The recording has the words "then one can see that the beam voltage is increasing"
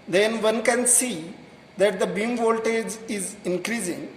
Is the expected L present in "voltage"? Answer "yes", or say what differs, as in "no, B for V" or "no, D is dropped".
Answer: yes